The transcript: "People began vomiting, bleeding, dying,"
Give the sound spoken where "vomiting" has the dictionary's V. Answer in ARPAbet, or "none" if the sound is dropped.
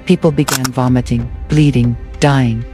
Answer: V